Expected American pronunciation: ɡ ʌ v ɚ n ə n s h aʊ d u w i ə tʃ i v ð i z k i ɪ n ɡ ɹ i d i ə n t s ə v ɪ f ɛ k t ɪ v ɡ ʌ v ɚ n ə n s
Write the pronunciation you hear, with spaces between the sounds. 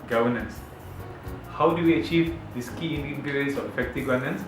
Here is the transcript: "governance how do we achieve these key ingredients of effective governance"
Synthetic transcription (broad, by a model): ɡ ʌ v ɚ n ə n s h aʊ d u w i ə tʃ i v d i s k i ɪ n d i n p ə t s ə f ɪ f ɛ k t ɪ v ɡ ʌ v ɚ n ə n s